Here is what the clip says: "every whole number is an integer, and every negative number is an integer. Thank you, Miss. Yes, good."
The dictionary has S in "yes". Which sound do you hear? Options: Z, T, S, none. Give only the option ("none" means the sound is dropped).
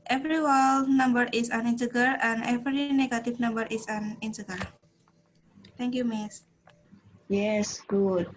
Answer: S